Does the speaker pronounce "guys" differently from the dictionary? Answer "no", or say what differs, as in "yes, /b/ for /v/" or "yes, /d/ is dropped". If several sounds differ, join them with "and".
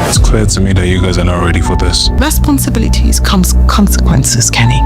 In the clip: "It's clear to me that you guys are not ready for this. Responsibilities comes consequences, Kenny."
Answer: no